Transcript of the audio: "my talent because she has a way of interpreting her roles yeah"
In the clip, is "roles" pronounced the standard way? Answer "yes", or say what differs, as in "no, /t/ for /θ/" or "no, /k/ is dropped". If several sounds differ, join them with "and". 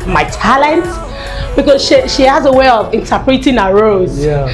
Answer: no, /l/ is dropped